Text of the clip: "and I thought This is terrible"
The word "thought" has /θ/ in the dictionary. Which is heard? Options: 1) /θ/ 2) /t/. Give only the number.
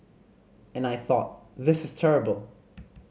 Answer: 1